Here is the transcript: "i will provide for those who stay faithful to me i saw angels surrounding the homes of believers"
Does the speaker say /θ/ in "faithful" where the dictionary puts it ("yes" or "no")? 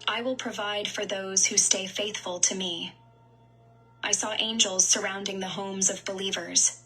yes